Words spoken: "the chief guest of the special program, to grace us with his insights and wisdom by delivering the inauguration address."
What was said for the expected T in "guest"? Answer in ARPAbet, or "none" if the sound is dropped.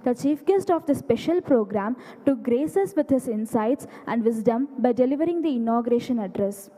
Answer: T